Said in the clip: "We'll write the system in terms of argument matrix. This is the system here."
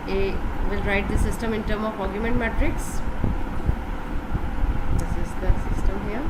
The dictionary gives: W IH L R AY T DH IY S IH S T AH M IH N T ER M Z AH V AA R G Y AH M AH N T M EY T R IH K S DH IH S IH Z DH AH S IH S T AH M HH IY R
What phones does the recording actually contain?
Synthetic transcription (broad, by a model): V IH L R AY T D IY S IH S T AH M IH N T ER M AH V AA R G Y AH M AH N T M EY T R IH K S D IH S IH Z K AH S IH S T AH M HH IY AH